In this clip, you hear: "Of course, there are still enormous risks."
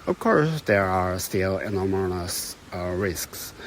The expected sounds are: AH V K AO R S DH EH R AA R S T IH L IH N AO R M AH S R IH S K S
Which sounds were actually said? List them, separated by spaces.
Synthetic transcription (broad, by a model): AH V K AO R S DH EH R AA R S T IH L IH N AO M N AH S R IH S K S